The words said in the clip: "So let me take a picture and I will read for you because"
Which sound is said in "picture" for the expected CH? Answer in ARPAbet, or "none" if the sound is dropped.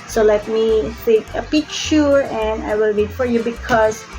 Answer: SH